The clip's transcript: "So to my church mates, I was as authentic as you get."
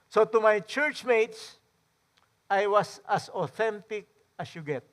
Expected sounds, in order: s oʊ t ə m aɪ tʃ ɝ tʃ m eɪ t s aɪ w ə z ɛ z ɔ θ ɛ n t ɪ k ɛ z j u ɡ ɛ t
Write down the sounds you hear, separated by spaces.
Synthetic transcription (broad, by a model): s oʊ t ə m aɪ tʃ ɝ tʃ m eɪ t s aɪ w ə s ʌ s ɔ θ ɛ n t ɪ k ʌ s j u ɡ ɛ t